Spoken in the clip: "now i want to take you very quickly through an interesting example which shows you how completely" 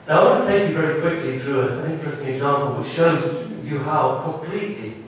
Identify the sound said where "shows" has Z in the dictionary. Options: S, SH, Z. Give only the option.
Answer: Z